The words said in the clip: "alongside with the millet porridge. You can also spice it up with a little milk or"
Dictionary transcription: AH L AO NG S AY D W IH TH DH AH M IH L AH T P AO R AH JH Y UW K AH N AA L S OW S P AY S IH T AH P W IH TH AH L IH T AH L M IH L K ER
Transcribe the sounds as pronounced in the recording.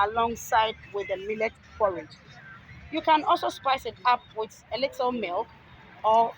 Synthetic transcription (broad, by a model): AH L AO NG S AY D W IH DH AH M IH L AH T F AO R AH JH Y UW K AH N AA L S OW S P AY S IH T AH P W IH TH AH L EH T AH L M IH L K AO